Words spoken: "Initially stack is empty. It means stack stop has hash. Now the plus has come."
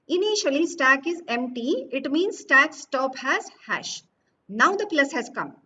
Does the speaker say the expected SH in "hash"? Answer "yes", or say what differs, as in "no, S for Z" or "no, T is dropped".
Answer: yes